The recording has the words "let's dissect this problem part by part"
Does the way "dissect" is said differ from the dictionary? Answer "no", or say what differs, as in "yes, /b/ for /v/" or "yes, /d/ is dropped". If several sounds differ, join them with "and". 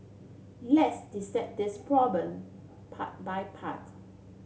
yes, /k/ is dropped